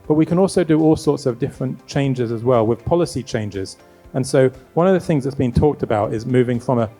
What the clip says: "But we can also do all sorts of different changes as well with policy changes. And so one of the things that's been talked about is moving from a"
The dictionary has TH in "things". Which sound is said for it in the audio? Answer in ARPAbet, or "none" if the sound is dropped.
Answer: TH